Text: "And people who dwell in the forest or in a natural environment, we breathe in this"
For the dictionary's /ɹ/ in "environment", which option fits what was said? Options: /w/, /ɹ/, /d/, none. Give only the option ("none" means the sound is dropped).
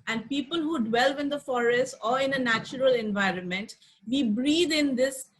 /ɹ/